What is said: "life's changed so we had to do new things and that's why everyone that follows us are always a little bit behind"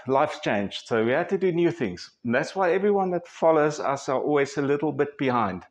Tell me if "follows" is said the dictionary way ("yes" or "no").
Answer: yes